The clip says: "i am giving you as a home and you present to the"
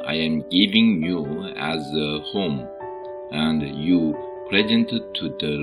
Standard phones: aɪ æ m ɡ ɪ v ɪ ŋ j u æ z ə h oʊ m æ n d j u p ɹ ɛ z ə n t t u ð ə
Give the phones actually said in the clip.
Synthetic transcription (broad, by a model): aɪ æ m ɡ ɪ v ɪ ŋ j u æ z ə h oʊ m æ n d j u p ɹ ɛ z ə n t t u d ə